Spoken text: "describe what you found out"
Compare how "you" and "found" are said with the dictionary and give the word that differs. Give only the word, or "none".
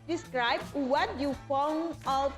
found